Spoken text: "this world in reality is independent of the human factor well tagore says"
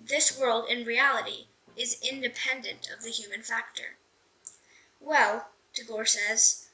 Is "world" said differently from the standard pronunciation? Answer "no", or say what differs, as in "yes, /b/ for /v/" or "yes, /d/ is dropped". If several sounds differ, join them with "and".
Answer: no